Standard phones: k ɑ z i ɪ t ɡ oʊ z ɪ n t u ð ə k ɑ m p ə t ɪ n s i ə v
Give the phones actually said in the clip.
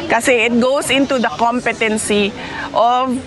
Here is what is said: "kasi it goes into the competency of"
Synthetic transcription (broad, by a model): k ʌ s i ɪ t ɡ oʊ s ɪ n t u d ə k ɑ m p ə t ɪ n s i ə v